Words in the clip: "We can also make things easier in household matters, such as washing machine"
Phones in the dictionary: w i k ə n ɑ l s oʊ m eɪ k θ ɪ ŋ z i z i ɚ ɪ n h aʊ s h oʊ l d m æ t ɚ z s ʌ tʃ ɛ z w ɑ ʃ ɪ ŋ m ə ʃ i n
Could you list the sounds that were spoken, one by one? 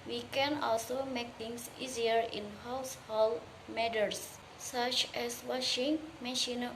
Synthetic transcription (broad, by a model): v i k ə n ɑ l s oʊ m eɪ k t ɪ ŋ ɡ i z i ɚ ɪ n h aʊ s h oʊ l m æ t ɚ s s ʌ tʃ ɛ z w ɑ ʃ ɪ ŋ m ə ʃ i n